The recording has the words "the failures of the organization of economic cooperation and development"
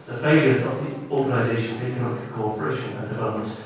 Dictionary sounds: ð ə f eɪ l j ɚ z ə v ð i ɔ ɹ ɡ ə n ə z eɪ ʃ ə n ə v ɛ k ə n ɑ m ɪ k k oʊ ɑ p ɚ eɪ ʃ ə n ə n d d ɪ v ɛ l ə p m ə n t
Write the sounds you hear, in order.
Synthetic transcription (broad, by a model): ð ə f eɪ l j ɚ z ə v ð i ɔ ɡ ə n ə z eɪ ʃ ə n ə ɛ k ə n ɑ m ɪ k k oʊ ɑ p ɚ eɪ ʃ ə n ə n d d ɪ v ɛ l ə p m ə n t